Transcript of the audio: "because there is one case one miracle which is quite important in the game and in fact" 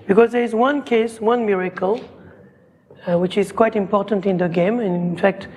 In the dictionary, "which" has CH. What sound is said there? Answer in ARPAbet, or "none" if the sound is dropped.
CH